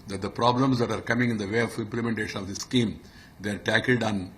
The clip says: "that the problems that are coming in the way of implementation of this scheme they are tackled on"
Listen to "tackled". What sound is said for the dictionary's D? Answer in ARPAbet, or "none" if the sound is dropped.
D